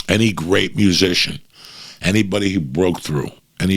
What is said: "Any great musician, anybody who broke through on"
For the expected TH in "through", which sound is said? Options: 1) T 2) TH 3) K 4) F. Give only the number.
2